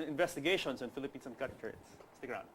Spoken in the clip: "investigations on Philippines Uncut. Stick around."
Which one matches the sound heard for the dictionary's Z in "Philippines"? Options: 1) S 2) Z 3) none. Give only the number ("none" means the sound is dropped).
1